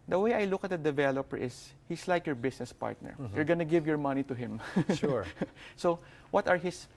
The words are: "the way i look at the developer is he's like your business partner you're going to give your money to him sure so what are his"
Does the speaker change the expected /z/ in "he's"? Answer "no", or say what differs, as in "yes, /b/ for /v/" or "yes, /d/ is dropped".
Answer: yes, /s/ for /z/